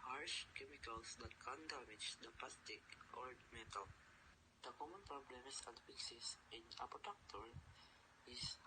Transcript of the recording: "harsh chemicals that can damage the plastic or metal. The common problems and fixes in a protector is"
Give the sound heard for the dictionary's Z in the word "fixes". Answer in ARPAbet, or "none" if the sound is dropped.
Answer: S